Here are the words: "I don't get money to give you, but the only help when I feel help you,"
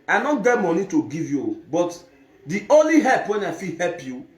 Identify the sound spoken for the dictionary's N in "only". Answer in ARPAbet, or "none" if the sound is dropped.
N